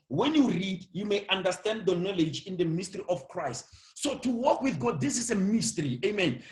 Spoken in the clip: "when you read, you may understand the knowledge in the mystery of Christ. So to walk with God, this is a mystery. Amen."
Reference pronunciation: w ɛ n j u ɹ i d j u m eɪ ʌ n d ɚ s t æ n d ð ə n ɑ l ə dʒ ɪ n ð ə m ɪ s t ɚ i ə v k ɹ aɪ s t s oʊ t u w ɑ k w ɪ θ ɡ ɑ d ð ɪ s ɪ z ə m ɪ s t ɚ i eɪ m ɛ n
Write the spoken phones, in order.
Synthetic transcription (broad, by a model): w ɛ n j u ɹ i d j u m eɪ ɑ n d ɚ s t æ n d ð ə n ɑ l ə dʒ ɪ n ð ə m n s t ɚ i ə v k ɹ aɪ s t s oʊ t u w ɑ k w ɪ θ ɡ ɑ d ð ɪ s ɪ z ə m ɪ s t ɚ i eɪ m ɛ n